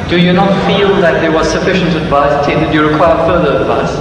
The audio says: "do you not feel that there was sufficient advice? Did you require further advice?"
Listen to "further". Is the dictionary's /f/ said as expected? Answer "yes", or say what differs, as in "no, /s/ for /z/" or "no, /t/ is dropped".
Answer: yes